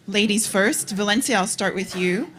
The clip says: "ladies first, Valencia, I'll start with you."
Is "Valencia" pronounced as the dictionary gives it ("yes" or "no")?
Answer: yes